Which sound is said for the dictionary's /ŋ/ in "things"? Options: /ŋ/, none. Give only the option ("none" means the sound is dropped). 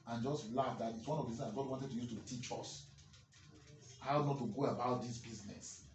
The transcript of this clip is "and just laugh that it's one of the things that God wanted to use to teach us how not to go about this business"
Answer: none